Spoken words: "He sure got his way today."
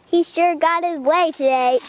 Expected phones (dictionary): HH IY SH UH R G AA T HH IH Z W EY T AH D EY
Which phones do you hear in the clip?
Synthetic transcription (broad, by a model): HH IY SH UH R G AA T HH IH Z W EY T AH D EY